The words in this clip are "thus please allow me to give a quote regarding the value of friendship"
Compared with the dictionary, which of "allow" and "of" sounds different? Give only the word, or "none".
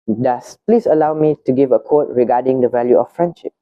of